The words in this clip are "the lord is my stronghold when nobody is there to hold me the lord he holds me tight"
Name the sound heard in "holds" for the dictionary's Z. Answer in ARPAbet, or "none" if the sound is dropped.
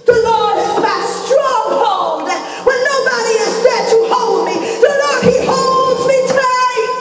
Z